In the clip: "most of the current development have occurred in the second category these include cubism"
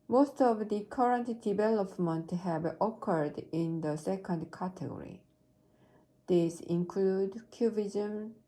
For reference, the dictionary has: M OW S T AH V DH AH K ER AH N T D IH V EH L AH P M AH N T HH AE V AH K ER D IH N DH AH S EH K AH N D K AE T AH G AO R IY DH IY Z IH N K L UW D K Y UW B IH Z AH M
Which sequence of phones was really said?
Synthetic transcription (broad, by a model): M OW S T AH V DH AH K ER AH N T D IH V EH L AH P M AH N T HH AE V AH K ER D IH N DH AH S EH K AH N D K AE T AH G AO R IY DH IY S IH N K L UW D K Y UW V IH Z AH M